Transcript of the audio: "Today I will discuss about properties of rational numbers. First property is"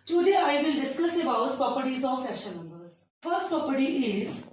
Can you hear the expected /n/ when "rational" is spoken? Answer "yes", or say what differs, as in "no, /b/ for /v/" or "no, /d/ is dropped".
no, /n/ is dropped